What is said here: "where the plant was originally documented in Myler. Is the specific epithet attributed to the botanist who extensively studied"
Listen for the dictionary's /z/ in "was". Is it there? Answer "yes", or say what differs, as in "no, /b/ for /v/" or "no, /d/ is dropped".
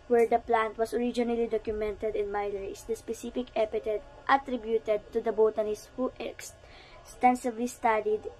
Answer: no, /s/ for /z/